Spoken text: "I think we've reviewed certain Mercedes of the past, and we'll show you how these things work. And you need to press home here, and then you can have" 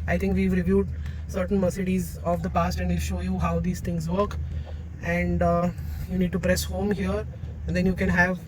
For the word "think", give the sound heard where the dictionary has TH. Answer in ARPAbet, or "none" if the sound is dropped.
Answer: T